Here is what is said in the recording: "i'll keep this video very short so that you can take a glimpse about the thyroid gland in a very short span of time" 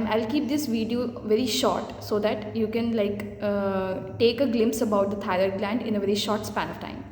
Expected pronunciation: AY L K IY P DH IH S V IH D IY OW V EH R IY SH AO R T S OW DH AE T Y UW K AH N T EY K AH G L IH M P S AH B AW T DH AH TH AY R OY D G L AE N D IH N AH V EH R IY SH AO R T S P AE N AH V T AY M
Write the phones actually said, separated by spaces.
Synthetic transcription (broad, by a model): AY L K IY P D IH S V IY D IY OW V EH R IY SH AO R T S OW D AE T Y UW K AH N T EY K AH G L IH M P S AH B AW T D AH T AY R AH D G L AE N D IH N AH V EH R IY SH AO R T S P AE N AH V T AY M